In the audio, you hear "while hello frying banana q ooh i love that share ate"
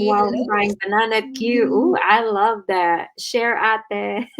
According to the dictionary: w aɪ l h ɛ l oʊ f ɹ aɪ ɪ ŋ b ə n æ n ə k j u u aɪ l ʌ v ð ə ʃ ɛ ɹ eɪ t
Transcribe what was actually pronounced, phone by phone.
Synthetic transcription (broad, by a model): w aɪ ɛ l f aɪ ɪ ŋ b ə n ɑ n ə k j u u aɪ l ʌ v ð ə ʃ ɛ ɹ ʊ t